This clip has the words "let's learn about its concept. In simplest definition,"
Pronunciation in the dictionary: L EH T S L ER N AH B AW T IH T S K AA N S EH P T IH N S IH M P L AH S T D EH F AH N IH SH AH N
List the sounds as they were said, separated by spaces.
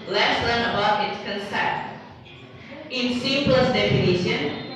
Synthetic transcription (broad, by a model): L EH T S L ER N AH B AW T IH T S K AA N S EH T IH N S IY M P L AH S D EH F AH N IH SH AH N